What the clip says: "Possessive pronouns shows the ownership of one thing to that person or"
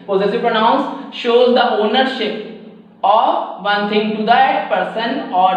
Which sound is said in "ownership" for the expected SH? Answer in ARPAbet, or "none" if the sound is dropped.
SH